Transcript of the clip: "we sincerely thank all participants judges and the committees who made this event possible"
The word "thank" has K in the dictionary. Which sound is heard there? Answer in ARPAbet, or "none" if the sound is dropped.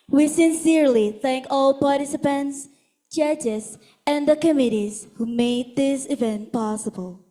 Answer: K